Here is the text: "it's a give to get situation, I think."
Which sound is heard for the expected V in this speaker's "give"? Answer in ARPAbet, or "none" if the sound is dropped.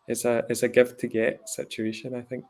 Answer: F